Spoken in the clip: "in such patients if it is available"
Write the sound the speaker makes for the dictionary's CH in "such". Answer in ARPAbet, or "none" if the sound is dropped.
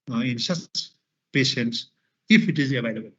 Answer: S